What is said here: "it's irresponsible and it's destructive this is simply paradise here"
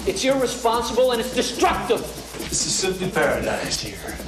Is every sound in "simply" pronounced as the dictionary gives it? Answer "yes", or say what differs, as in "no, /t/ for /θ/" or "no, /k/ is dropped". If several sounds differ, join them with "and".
no, /m/ is dropped